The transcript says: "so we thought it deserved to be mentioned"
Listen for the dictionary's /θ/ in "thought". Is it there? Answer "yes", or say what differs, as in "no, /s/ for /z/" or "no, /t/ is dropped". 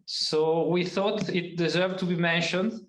yes